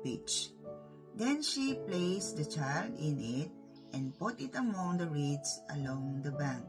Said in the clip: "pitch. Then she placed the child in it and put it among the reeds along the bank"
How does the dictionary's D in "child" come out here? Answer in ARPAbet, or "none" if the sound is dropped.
D